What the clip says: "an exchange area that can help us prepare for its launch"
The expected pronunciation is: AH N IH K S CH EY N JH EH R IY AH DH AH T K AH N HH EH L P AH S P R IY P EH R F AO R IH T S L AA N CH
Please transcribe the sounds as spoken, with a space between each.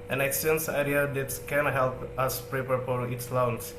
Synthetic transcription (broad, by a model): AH N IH K S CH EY N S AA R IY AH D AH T K AH N HH EH L P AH S P R IY P EH R F AO R IH T S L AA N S